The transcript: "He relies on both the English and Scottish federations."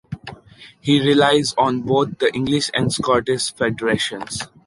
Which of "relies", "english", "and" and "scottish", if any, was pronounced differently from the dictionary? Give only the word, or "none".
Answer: scottish